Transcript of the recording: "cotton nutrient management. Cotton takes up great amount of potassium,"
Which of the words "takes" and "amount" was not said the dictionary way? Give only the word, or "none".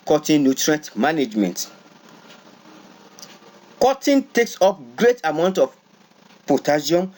none